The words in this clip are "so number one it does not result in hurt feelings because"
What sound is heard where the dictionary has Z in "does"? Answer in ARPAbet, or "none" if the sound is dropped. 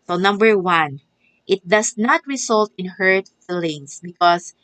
S